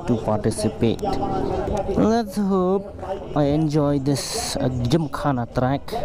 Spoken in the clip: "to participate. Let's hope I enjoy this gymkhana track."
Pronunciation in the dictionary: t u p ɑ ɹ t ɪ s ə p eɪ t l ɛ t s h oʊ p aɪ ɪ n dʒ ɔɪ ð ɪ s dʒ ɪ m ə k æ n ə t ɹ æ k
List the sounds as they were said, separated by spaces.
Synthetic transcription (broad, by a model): t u p ɑ ɹ t ɪ s ə p eɪ t l ɛ t s h oʊ p aɪ ɪ n dʒ ɔɪ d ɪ s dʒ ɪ m k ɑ n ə t ɹ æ k